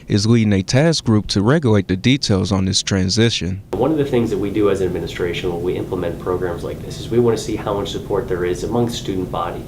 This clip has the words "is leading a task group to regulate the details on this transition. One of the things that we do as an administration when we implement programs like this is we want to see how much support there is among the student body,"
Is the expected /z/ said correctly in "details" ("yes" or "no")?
yes